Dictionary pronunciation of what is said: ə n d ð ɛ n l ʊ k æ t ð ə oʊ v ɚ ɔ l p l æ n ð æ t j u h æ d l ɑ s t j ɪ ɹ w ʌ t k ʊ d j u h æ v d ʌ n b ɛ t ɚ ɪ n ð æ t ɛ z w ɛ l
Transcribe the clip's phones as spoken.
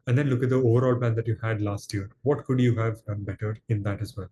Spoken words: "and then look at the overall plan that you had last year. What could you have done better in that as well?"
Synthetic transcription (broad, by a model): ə d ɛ n l ʊ k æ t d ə oʊ v ɚ ɔ l p l æ n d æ t j u h æ d l ɑ s t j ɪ ɹ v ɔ t k ʊ d j u h æ v d ʌ n b ɛ t ɚ ɪ n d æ t ɛ z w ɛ l